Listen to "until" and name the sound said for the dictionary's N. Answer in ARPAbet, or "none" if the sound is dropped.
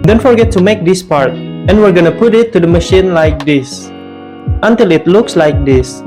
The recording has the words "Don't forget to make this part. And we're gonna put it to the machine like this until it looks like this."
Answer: N